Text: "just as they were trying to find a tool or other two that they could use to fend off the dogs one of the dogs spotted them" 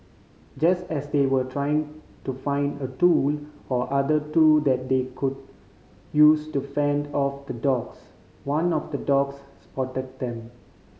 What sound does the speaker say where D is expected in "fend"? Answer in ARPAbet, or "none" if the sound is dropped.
D